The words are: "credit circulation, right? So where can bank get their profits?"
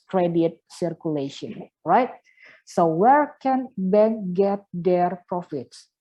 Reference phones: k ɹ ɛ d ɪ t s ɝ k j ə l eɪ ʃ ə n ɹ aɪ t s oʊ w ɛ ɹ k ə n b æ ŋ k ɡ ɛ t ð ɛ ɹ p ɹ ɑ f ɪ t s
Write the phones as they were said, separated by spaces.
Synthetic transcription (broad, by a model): k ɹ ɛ d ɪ t s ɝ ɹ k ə l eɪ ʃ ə n ɹ aɪ t s oʊ w ɛ ɹ k ə n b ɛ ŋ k ɡ ɛ t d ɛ ɹ p ɹ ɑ f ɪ t s